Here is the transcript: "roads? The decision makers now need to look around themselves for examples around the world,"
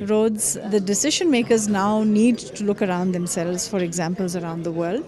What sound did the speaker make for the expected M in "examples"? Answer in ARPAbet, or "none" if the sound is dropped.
M